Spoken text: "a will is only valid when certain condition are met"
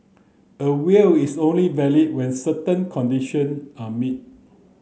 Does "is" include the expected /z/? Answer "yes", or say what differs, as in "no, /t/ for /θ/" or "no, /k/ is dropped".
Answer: no, /s/ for /z/